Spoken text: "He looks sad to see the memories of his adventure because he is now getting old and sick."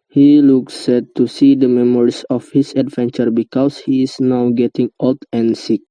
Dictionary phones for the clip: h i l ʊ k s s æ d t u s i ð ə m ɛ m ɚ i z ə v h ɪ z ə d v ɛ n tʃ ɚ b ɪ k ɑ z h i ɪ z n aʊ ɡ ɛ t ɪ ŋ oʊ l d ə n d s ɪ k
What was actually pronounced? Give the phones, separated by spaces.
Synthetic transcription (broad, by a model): h i l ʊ k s s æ t u s i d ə m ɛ m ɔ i s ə f h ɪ s ə d v ɛ n tʃ ɚ b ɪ k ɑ s h i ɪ s n aʊ ɡ ɛ t ɪ ŋ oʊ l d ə n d s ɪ k